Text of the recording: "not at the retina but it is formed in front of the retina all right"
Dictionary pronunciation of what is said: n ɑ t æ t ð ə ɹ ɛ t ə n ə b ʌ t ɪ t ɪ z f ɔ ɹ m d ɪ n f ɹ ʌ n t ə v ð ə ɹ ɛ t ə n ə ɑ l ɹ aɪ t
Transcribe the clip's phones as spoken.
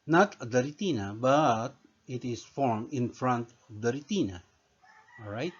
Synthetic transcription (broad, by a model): n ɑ t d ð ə ɹ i t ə n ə b ʌ t ɪ t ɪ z f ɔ ɹ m ɪ n f ɹ ʌ n t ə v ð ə ɹ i t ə n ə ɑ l ɹ aɪ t